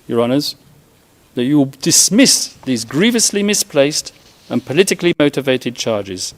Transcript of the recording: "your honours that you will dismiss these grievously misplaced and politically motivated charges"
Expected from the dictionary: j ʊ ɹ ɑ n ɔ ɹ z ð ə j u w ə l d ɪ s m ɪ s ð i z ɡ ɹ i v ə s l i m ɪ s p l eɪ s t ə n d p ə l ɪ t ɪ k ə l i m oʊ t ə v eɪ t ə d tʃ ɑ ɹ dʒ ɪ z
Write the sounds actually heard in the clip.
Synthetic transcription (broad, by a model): j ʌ ɹ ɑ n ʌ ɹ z ð ə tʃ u w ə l d ɪ s m ɪ s ð i z ɡ ɹ i v ə s l i m ɪ s p l eɪ s t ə n p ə l ɪ t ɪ k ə l i m oʊ t ə v eɪ t ə d tʃ ɑ ɹ dʒ ɪ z